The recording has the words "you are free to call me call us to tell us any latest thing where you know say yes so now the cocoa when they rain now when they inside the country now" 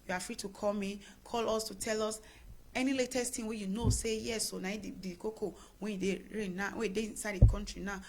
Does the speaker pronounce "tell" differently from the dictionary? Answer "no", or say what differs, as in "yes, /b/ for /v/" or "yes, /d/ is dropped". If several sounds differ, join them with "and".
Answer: no